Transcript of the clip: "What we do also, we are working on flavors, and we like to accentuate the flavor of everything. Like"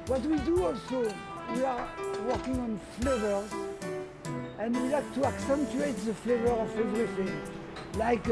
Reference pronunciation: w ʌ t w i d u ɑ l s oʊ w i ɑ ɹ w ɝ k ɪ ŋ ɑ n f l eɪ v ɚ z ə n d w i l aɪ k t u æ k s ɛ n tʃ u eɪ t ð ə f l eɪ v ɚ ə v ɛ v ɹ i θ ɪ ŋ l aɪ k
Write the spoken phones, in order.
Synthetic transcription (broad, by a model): w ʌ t w i d u ɑ l s oʊ w i ɑ ɹ w ɝ k ɪ ŋ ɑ n f l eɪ v ɚ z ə n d w i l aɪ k t u æ k s ɛ n tʃ u eɪ t ð ə f l eɪ v ɚ ə v ɛ v ɹ i θ ɪ ŋ l aɪ k